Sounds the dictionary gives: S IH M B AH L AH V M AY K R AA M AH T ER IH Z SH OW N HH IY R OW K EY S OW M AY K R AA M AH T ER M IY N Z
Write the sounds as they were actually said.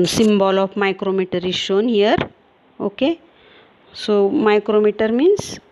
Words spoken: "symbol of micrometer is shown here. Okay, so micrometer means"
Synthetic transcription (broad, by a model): S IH M B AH L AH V M AY K R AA M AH T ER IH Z SH OW N HH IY R OW K EY S OW M AY K R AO M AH T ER M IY N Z